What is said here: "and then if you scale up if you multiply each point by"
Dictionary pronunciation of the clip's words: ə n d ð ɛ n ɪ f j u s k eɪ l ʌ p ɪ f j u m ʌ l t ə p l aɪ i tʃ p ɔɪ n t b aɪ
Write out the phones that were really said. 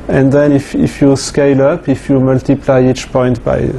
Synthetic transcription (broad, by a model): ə n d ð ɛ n ɪ f j u s k eɪ l ʌ p ɪ f j u m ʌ l t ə p l aɪ i tʃ p ɔɪ n t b aɪ